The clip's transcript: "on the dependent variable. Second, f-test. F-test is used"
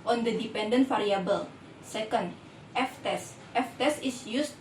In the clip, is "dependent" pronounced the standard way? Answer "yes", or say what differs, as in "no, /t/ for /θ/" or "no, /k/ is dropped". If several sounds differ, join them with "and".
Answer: yes